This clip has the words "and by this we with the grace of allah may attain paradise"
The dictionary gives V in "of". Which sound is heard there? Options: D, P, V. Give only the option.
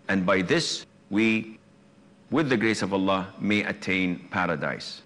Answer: V